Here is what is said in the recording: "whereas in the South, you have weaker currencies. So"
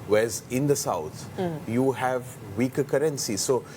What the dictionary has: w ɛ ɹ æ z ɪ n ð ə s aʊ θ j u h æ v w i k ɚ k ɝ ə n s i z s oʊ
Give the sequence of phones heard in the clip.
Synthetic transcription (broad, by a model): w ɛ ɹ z ɪ n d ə s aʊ t j u h æ v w i k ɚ k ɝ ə n s i s oʊ